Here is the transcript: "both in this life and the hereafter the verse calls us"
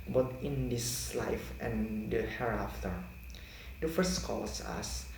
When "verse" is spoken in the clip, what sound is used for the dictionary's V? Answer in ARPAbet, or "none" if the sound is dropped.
F